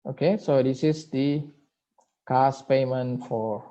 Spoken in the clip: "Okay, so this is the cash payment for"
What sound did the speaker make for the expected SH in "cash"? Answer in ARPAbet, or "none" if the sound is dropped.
S